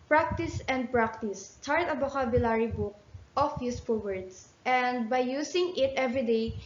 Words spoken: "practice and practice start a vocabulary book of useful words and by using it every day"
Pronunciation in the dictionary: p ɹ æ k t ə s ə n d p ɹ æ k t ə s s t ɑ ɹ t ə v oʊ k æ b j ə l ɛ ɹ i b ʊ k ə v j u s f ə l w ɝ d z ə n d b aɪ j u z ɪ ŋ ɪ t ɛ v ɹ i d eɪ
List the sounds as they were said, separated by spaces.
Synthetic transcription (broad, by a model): p ɹ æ k t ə s ə n d p ɹ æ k t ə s s t ɑ ɹ t ə b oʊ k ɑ b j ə l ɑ ɹ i b ʊ k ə f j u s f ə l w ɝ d s ə n d b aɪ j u s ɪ ŋ ɪ t ɛ v ɹ i d eɪ